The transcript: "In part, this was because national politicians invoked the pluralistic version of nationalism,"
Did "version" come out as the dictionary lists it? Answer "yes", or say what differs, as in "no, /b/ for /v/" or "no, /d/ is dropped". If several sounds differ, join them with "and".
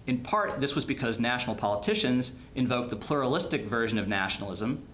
yes